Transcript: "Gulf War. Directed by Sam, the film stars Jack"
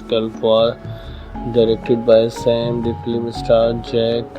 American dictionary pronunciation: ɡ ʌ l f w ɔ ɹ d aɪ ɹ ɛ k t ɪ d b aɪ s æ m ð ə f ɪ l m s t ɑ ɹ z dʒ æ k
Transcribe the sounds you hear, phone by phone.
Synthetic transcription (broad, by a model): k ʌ l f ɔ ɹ d aɪ ɹ ɛ k t ɪ d b aɪ s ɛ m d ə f l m s t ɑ ɹ dʒ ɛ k